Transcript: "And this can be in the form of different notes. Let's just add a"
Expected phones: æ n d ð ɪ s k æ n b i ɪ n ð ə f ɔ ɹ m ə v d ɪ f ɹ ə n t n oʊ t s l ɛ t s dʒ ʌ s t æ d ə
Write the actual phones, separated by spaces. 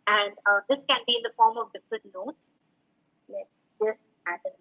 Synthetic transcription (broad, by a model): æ n d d ɪ s k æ n b i ɪ n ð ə f ɔ ɹ m ə v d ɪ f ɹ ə t n oʊ t s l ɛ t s dʒ ʌ s t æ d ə